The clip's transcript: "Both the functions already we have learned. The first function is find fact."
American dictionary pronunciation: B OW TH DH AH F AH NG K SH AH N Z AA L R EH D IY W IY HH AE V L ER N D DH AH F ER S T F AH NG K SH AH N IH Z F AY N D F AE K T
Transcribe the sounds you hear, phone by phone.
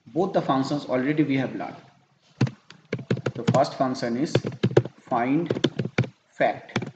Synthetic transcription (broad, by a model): B OW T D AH F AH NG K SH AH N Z AA L R EH D IY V IY HH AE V L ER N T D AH F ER S T F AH NG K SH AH N IH Z F AY N D F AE K T